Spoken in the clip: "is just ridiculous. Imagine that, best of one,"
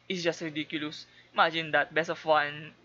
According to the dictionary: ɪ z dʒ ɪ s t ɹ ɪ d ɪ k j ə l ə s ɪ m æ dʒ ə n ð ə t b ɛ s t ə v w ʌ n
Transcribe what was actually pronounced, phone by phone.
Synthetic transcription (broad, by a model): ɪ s dʒ ɪ s t ɹ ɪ d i k j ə l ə s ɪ m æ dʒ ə n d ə t b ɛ s ə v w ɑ n